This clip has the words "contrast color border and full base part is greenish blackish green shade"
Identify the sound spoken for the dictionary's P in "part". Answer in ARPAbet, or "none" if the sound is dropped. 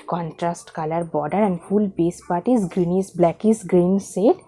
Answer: P